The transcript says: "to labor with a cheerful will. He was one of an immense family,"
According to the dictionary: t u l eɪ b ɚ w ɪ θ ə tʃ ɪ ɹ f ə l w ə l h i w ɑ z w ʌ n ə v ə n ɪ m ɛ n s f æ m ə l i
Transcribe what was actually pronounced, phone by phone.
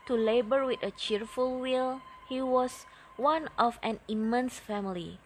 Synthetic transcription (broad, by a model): t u l eɪ b ɚ w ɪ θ ə tʃ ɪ ɹ f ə l w ə l h i w ɑ s w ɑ n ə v ə n ɪ m ɛ n s f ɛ m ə l i